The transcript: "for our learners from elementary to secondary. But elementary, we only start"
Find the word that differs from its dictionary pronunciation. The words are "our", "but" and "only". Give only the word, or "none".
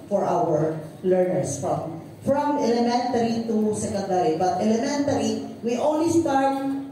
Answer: only